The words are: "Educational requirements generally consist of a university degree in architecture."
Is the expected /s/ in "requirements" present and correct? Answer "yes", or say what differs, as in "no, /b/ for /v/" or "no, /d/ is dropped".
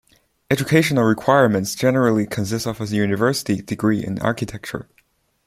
yes